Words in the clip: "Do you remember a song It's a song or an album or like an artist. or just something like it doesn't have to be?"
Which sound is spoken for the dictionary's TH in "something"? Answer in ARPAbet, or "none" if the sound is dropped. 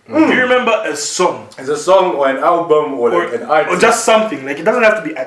TH